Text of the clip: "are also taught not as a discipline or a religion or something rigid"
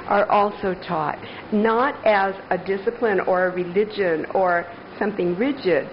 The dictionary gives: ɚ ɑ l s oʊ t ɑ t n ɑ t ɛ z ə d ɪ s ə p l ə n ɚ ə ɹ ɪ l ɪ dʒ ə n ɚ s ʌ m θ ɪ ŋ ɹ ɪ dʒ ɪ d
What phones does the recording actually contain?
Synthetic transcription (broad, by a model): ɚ ɑ l s oʊ t ɑ t n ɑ t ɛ z ə d ɪ s ə p l ə n ɚ ə ɹ ɪ l ɪ dʒ ə n ɚ s ʌ m θ ɪ ŋ ɹ ɪ dʒ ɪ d